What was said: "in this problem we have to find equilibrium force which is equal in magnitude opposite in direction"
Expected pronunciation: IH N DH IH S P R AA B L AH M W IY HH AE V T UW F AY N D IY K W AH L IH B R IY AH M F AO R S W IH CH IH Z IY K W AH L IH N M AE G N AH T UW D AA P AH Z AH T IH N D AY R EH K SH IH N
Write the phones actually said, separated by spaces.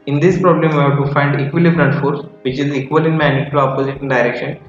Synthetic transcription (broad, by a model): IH N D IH S P R AA B L AH M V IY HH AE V T UW F AY N D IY K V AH L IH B R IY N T F AO R S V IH CH IH Z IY K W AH L IH N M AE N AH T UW AA P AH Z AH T IH N D AY R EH K SH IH N